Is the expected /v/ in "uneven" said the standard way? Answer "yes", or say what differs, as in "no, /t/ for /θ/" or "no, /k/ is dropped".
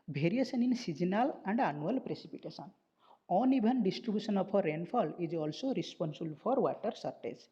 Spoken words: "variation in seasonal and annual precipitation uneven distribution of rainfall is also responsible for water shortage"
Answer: no, /b/ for /v/